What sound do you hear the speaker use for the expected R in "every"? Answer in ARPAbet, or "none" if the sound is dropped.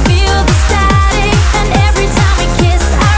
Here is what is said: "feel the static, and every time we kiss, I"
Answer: R